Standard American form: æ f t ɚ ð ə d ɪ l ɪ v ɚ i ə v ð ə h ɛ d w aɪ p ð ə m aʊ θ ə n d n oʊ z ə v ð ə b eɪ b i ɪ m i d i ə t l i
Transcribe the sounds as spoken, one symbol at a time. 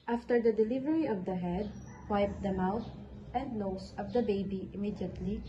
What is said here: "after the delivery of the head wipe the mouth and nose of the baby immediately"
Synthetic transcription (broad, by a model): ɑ f t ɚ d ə d ɪ l ɪ v ɚ i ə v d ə h ɛ d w aɪ p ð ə m aʊ t ə n d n oʊ s ə v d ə b eɪ b i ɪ m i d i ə t l i